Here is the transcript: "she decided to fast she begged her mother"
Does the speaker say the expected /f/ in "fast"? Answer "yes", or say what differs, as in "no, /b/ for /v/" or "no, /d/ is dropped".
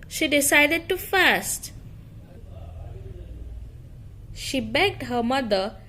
yes